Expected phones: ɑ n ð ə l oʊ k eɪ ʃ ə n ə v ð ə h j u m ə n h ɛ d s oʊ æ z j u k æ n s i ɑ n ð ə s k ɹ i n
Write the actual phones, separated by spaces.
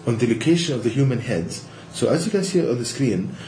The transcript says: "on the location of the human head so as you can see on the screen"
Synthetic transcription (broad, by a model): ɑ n ð ə l oʊ k eɪ ʃ ə n ə v ð ə h j u m ə n h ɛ d s oʊ æ z j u k æ n s i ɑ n ð ə s k ɹ i n